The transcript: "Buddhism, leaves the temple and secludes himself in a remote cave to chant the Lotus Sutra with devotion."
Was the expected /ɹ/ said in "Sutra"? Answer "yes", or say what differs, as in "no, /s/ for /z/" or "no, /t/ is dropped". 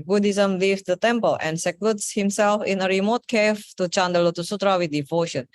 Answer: yes